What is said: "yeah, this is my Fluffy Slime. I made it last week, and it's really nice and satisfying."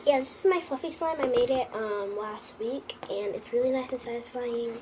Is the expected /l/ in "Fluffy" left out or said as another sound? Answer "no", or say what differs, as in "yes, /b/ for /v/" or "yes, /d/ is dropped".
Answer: yes, /l/ is dropped